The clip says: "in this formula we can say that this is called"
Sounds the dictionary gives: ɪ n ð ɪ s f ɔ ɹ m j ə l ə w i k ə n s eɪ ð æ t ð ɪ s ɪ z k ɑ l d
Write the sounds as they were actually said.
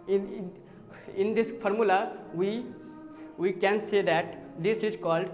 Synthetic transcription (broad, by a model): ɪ n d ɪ s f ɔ ɹ m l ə w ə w i k ə n s eɪ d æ t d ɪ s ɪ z k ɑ l d